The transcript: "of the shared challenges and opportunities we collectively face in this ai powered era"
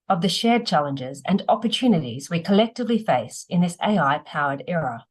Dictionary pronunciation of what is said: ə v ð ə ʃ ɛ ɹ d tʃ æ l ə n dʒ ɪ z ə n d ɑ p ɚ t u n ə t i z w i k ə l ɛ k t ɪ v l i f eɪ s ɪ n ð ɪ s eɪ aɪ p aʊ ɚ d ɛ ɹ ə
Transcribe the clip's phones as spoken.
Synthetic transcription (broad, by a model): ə v ð ə ʃ ɛ ɹ d tʃ æ l ə n dʒ ɪ z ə n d ɑ p ɚ t u n ə t i z w i k ə l ɛ k t ɪ v l i f eɪ s ɪ n ð ɪ s eɪ aɪ p aʊ ɚ d ɛ ɹ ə